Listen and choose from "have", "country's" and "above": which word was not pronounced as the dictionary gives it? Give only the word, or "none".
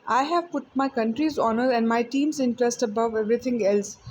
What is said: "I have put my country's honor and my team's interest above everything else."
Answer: none